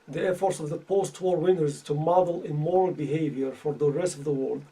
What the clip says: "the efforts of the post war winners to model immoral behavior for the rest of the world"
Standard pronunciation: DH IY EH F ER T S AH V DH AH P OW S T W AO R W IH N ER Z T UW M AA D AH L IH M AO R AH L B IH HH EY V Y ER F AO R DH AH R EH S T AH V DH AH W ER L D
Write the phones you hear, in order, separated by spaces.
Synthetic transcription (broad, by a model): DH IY EH F ER T S AH V DH AH P OW S T W AO R W IH N ER Z T UW M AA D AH L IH M AO R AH L B IH HH EY V Y ER F AO R DH AH R EH S T AH V DH AH W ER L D